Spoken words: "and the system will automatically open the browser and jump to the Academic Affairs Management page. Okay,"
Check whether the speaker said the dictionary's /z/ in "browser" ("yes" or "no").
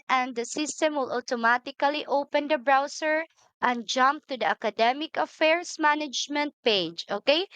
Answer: no